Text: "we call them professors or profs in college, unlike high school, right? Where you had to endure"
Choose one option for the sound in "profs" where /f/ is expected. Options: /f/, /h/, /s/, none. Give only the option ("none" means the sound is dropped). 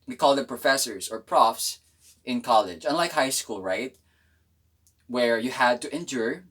/f/